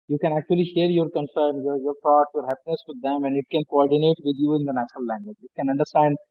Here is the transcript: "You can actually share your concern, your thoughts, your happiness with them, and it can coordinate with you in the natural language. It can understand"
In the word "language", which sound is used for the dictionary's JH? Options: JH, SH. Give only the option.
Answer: JH